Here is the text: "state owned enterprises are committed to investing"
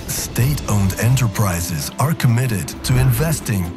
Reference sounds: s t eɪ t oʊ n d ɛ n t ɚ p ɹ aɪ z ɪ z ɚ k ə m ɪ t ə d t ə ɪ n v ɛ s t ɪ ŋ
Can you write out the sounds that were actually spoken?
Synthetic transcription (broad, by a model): s t eɪ t oʊ n d ɛ n t ɚ p ɹ aɪ z ɪ z ɚ k ə m ɪ t ə d t ə ɪ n v ɛ s t ɪ ŋ